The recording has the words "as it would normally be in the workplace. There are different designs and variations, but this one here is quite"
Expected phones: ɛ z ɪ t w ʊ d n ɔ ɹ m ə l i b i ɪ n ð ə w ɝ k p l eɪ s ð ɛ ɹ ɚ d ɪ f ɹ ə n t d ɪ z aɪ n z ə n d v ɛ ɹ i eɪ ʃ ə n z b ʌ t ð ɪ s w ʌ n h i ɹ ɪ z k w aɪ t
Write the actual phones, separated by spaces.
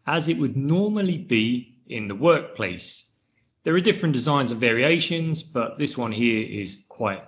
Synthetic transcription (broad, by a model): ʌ z ɪ t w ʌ d n ɔ m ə l i b i ɪ n ð ə w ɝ k p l eɪ s ð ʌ ɹ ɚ d ɪ f ɹ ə n d ɪ z aɪ n z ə v ɛ ɹ i eɪ ʃ ə n z b ʌ t ð ɪ s w ʌ n h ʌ ɹ ɪ z k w aɪ t